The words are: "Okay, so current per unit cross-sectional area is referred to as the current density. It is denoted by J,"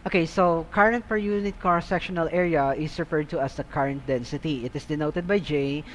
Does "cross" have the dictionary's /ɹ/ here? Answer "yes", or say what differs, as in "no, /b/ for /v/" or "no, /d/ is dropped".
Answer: no, /ɹ/ is dropped